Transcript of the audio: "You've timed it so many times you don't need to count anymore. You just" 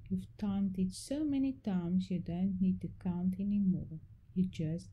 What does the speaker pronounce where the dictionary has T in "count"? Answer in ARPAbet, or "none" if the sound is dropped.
T